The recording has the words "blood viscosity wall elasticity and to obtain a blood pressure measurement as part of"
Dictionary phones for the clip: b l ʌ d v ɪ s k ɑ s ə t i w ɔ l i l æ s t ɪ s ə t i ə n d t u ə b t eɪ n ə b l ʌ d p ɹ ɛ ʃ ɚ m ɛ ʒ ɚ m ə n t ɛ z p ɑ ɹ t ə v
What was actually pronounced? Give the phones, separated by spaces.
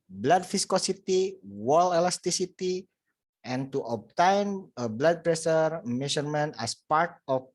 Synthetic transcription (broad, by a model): b l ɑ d f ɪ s k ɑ s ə t i w ɔ l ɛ l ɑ s t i s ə t i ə n t u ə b t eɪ n ə b l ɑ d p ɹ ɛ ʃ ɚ m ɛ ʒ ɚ m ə n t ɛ s p ɑ ɹ t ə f